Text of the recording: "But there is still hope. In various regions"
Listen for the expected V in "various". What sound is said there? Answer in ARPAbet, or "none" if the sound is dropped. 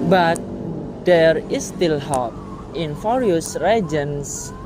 F